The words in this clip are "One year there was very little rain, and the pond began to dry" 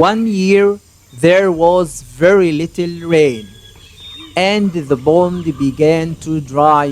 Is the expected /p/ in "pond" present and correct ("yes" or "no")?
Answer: no